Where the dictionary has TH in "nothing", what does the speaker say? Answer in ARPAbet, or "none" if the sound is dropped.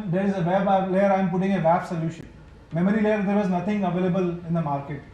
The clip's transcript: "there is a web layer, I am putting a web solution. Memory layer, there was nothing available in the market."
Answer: T